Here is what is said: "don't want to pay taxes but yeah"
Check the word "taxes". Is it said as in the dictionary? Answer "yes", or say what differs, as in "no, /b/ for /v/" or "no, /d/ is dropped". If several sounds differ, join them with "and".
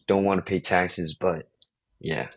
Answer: yes